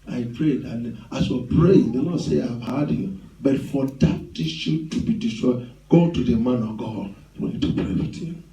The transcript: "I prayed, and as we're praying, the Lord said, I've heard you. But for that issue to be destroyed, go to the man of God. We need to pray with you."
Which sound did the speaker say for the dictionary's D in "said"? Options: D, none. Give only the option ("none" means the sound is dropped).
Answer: none